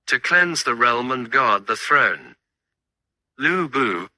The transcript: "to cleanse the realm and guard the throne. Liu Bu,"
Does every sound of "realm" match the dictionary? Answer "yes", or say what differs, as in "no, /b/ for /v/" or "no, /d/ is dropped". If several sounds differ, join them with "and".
yes